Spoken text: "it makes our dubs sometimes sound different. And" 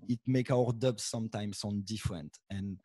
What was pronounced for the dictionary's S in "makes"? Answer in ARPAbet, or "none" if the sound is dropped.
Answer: none